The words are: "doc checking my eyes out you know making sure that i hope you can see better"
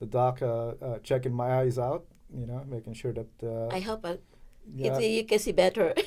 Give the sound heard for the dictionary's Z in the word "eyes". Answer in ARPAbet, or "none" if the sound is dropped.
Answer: Z